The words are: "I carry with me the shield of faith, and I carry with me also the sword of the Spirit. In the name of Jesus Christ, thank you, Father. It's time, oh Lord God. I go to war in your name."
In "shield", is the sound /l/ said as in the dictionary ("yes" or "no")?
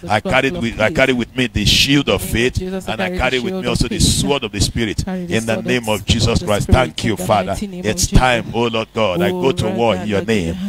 yes